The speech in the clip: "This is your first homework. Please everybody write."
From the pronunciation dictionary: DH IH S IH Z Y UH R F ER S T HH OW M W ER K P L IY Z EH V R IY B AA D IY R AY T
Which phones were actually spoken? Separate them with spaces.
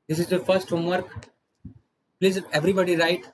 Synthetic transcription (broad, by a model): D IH S IH Z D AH F ER S T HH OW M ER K P L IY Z EH V R IY B AA D IY R AY T